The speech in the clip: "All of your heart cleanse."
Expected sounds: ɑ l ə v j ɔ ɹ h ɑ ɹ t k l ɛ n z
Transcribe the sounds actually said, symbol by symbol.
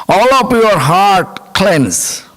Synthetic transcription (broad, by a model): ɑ l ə p j ɔ ɹ h ɑ ɹ t k l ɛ n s